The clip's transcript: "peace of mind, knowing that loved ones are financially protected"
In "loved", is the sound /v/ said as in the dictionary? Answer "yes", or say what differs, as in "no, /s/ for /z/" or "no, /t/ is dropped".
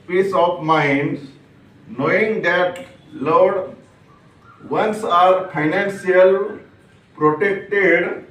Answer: no, /v/ is dropped